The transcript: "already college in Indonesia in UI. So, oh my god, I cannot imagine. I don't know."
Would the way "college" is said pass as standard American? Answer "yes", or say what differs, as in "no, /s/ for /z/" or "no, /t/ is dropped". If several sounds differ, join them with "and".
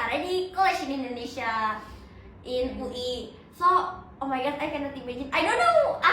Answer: no, /ʃ/ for /dʒ/